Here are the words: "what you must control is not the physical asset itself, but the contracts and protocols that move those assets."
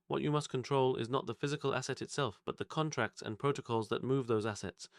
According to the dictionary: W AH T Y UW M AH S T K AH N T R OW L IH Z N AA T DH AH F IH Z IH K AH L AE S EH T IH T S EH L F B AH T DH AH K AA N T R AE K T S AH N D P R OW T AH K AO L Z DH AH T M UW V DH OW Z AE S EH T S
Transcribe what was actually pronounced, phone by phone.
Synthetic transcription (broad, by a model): W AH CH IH M AH S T K AH N T R OW L IH Z N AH T DH AH F IH Z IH K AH L AE S EH T IH T S EH L F B AH T DH AH K AA N T R AE K T S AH N P R OW T AH K AO L Z DH AH T M UW V DH OW Z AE S EH T S